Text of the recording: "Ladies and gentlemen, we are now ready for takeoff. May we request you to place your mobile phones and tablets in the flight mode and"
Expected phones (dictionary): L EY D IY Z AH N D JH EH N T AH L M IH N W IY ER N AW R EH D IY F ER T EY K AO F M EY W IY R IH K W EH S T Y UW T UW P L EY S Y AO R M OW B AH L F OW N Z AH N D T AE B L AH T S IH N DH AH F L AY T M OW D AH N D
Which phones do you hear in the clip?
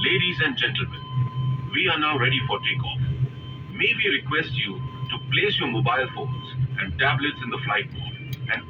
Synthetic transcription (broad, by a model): L EY D IY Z AH N D JH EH N T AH L M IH N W IY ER N AW R EH D IY F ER T EY K AO F M EY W IY R IH K W EH S T Y UW T UW P L EY S Y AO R M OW B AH L F OW N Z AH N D T AE B L AH T S IH N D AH F L AY T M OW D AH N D